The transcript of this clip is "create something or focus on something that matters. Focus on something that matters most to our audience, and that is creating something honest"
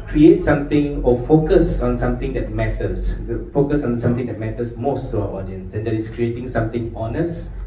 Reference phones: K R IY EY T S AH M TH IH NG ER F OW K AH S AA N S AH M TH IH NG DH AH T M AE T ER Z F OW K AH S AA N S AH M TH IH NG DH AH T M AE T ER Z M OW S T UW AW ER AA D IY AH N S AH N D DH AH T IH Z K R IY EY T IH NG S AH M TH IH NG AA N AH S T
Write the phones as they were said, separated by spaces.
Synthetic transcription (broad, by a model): K R IY EY T S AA M T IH NG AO F OW K AH S AA N S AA M T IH NG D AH T M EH T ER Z F OW K AH S AA N S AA M T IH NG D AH T M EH T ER S M OW S T UW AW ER AA D IY AH N S AH N D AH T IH S K R IY EY T IH NG S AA M T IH NG AA N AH S T